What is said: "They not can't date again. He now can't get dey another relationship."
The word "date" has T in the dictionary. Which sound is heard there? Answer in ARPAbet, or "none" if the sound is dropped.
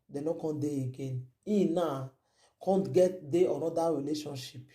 none